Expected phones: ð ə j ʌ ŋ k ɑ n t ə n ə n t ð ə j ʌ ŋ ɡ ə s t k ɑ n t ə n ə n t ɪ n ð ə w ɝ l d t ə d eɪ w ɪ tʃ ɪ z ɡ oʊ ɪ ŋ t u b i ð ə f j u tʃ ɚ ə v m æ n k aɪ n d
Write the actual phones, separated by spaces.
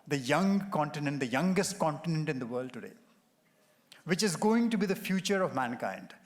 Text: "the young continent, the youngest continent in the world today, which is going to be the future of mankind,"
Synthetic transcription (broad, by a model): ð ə j ʌ ŋ k ɑ n t ə n ə n t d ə j ʌ ŋ ɡ ə s t k ɑ n t ə n ə n t ɪ n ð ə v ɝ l d t ə d eɪ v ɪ tʃ ɪ z ɡ oʊ ɪ ŋ t u b i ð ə f j u tʃ ɚ ə v m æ n k aɪ n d